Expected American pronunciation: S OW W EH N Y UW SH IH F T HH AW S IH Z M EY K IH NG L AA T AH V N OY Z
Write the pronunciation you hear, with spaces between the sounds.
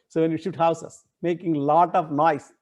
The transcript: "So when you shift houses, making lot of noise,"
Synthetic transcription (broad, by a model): S OW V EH N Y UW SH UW T HH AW S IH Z M EY K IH NG L AA T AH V N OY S